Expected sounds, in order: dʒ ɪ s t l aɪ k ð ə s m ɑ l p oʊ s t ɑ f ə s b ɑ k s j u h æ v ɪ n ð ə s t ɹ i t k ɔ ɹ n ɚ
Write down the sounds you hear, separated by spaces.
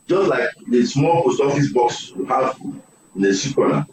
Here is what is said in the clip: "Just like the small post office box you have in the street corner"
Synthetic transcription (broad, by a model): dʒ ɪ s t l aɪ k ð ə s m ɑ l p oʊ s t ɑ f ə s b ɑ k s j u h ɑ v ɪ n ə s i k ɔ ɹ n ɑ